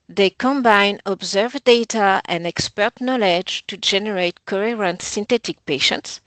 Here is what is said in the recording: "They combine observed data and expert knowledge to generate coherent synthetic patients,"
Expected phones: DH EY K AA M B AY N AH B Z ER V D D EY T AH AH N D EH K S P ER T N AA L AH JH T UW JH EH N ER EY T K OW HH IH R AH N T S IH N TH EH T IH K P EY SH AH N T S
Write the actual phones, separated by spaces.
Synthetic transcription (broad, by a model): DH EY K AA M B AY N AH B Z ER V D D EY T AH AH N D EH K S P ER T N AA L AH JH T UW JH EH N ER EY T K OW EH R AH N T S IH N T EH T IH K P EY SH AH N T S